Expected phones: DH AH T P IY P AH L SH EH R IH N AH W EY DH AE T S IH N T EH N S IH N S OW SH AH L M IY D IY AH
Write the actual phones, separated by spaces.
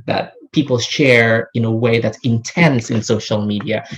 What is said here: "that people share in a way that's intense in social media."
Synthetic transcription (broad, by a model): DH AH T P IY P L SH EH R IH N AH W EY DH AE T S IH N T EH N S IH N S OW SH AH L M IY D IY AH